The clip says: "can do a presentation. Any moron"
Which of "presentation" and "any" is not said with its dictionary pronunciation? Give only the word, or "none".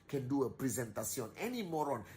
presentation